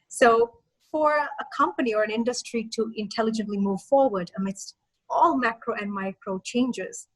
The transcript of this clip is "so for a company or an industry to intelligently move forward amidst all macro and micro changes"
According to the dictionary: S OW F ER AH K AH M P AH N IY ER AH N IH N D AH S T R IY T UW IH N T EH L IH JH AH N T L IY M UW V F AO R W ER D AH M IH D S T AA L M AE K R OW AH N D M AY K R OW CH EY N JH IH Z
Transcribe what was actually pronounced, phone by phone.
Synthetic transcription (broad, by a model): S OW F ER AH K AH M P AH N IY ER AH N IH N D AH S T R IY T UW IH N T EH L IH JH AH N T L IY M UW V F AO R W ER D AH M IH D S T AA L M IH K R OW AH N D M AY K R OW CH EY N JH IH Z